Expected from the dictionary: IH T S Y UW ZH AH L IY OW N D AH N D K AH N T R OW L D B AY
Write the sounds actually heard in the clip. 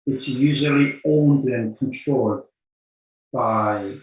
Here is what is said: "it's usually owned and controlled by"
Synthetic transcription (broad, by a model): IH T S Y UW ZH AH L IY OW N D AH N K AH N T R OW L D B AY